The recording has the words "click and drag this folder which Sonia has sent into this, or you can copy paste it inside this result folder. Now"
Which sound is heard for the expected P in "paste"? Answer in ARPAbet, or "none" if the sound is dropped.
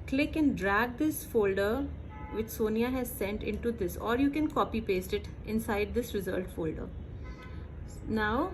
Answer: P